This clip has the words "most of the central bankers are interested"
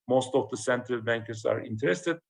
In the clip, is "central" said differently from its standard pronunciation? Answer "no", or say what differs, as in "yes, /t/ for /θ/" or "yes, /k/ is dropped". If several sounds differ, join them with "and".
no